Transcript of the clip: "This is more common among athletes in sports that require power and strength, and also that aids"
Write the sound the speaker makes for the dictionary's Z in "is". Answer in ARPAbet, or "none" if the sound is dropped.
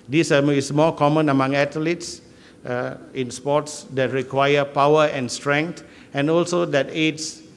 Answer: S